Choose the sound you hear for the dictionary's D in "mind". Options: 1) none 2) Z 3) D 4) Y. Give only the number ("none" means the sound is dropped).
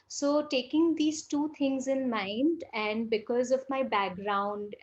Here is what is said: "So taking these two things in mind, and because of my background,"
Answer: 3